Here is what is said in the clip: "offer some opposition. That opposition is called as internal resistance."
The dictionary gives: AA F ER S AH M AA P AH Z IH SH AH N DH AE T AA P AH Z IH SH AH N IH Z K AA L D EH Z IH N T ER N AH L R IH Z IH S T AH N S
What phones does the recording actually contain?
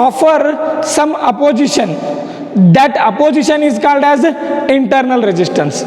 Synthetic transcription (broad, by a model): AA F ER S AH M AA P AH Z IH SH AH N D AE T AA P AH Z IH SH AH N IH Z K AA L D EH Z IH N T ER N AH L R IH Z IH S T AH N S